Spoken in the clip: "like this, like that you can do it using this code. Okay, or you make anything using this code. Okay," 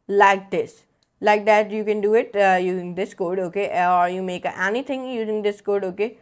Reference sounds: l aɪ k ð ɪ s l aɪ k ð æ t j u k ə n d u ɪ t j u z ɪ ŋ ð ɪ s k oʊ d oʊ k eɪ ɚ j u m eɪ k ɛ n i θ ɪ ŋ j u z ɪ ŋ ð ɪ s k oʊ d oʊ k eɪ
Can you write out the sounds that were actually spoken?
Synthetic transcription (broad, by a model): l aɪ k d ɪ s l aɪ k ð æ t j u k ə n d u ɪ t j u z ɪ ŋ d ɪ s k oʊ d oʊ k eɪ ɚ j u m eɪ k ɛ n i t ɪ ŋ j u z ɪ ŋ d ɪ s k oʊ d oʊ k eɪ